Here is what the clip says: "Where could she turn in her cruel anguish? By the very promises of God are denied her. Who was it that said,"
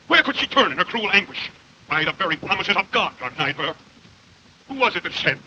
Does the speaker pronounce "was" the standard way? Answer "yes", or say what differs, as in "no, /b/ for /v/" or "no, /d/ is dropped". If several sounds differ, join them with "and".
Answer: yes